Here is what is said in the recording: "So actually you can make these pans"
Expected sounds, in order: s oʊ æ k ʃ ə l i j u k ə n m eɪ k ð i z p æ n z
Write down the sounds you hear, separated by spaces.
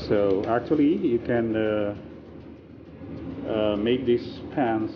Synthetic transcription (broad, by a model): s oʊ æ k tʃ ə l i j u k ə n m eɪ k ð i s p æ n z